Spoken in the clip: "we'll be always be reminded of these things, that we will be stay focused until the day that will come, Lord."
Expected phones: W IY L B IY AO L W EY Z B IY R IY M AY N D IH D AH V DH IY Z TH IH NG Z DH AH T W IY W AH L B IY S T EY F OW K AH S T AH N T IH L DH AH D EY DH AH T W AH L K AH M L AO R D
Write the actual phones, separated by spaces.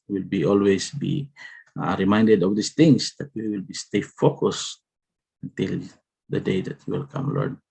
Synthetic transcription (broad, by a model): W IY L B IY AO L W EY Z B IY R IY M AY N D IH D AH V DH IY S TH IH NG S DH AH T W IY W AH L B IY S T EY F OW K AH S AH N T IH L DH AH D EY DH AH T W AH L K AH M L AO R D